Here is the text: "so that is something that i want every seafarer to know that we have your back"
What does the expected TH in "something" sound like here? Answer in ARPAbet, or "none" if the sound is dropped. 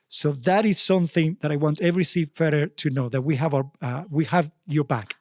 TH